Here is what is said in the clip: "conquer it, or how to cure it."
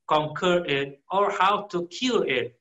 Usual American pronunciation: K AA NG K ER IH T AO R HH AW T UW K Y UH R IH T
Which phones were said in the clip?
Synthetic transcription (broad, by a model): K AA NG K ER IH T AO R HH AW T UW K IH L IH T